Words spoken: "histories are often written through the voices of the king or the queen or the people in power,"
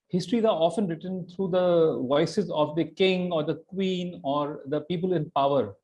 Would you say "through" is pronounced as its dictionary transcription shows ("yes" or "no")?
no